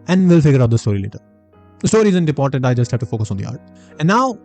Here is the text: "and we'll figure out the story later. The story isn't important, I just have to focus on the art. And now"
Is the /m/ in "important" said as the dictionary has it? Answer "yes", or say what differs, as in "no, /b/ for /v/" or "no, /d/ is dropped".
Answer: no, /m/ is dropped